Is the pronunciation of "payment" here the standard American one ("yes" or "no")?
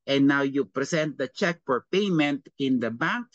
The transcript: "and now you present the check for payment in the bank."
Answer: yes